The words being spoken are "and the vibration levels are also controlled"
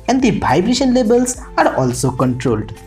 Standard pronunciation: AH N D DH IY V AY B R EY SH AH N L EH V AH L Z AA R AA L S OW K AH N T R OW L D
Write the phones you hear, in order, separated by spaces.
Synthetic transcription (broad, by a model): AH N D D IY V AY B R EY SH AH N L EH B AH L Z AA R AA L S OW K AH N T R OW L D